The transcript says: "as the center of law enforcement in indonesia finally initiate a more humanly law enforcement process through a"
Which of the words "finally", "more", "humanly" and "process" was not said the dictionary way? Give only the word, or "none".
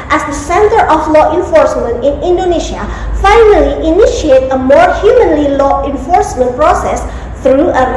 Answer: none